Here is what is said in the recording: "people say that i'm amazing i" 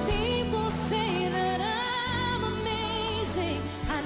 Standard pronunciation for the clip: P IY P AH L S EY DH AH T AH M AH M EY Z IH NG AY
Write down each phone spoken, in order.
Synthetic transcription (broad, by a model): P IY P L S EY DH AH T AH M AH M EY Z IH NG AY